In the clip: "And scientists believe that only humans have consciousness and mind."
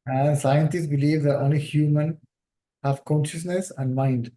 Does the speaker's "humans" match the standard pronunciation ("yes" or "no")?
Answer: no